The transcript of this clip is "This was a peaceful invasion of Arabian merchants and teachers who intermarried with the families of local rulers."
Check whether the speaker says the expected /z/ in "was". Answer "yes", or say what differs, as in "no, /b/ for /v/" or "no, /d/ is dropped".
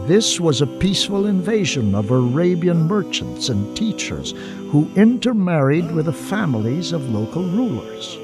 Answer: yes